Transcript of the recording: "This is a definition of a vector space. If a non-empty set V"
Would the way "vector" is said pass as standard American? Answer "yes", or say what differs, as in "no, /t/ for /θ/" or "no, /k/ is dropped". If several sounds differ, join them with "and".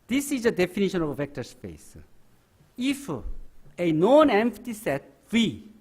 yes